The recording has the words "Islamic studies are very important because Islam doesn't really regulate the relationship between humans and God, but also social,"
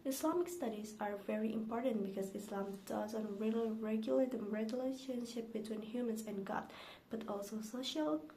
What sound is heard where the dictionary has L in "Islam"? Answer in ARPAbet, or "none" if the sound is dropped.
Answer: L